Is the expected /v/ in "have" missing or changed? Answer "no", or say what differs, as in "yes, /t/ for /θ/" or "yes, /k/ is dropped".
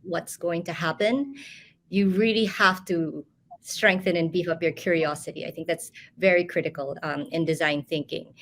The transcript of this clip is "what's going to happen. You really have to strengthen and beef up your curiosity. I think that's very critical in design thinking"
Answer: yes, /f/ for /v/